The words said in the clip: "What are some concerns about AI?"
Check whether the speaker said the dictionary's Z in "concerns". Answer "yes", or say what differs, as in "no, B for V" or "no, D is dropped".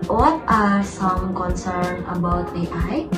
no, Z is dropped